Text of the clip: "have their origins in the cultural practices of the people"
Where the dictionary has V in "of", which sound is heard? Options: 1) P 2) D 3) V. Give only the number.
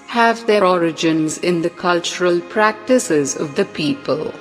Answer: 3